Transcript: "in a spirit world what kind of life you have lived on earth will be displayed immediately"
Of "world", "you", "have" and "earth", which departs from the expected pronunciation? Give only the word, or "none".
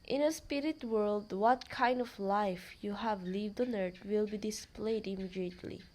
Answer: earth